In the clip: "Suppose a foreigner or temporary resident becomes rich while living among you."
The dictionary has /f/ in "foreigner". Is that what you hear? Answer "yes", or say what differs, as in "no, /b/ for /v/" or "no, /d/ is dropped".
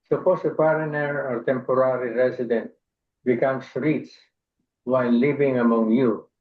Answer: no, /p/ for /f/